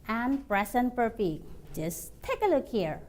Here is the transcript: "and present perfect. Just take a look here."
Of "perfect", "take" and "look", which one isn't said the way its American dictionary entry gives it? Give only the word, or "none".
perfect